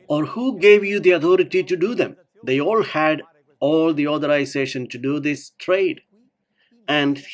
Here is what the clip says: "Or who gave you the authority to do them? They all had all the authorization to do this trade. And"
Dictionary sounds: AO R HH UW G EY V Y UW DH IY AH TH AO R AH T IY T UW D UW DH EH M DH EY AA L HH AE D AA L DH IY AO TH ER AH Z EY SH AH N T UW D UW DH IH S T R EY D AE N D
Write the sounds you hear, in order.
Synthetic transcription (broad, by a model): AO R HH UW G EY V Y UW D IY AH T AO R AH T IY T UW D UW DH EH M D EY AA L HH AE D AA L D IY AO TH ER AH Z EY SH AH N T UW D UW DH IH S T R EY D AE N D